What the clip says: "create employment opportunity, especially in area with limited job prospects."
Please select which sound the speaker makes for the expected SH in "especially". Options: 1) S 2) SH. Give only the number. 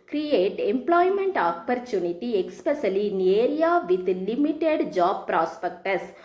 1